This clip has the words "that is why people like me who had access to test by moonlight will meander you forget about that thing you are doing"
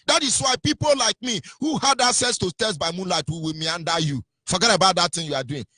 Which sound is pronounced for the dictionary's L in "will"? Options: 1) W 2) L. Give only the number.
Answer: 1